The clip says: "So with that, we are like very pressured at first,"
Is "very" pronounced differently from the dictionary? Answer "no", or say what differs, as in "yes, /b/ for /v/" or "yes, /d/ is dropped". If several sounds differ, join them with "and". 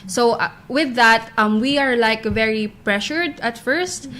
no